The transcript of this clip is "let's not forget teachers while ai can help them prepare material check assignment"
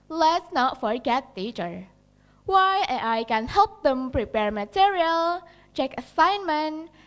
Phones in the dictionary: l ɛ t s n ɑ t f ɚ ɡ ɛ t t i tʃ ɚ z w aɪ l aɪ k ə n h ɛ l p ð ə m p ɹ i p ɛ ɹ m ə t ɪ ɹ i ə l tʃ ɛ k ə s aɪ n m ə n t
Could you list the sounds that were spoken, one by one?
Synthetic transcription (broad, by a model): l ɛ t s n ɑ t f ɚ ɡ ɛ t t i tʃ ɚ w aɪ aɪ k ə n h ɛ l p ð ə m p ɹ i p ɛ ɹ m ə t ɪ ɹ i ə l tʃ ɛ k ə s aɪ n m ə n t